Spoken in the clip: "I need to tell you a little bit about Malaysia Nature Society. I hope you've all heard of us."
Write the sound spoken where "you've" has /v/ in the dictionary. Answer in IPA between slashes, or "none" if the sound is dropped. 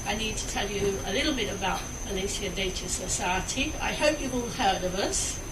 /w/